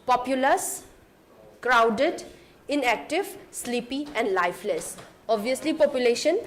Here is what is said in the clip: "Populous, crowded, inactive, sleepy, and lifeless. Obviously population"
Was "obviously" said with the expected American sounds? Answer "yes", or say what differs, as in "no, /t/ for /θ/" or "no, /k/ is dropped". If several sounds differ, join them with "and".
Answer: no, /v/ is dropped